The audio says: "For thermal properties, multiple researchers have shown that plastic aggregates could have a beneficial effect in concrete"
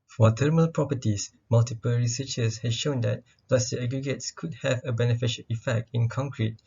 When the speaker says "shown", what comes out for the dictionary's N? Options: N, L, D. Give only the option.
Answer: N